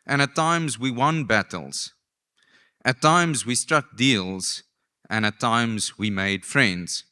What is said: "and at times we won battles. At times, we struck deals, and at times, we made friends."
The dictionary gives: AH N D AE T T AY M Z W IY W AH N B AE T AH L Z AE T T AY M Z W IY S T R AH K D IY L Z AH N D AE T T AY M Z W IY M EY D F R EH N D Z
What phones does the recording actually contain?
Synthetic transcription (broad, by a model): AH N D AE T T AY M Z W IY W AH N B AE T AH L Z T T AY M Z W IY S T R AH K D IY L Z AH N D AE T T AY M Z W IY M EY D F R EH N D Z